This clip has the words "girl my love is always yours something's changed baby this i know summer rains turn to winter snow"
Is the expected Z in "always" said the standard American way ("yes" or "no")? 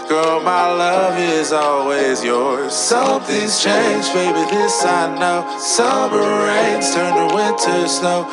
yes